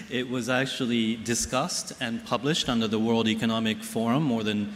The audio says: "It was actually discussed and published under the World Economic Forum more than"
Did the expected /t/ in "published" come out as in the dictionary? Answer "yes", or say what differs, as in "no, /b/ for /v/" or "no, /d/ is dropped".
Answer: yes